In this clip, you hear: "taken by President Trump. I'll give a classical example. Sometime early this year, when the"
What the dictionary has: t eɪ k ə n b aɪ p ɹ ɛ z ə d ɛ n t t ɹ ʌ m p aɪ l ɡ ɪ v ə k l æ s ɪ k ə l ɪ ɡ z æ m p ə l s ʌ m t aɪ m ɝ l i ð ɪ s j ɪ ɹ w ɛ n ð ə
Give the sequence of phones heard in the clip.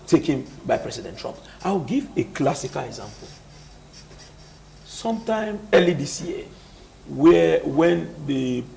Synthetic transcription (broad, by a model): t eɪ k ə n b aɪ p ɹ ɛ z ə d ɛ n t t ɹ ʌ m p aɪ w ɡ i v ə k l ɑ s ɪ k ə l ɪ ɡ z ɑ m p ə l s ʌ m t aɪ m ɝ l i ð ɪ s j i w w ɛ n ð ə